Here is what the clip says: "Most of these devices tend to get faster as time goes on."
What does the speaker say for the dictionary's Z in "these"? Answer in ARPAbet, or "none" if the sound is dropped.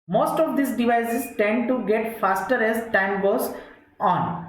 S